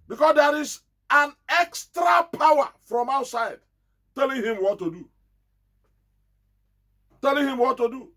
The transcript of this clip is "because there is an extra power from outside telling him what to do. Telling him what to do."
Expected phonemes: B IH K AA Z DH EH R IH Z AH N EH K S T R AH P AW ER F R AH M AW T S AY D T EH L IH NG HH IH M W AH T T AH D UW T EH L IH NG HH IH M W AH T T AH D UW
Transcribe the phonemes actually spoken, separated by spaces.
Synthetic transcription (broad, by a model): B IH K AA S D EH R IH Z AH N EH K S T R AH P AW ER F R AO M AW T S AY D T EH L IH NG HH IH M W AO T T AH D UW T EH L IH NG HH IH M W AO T T AH D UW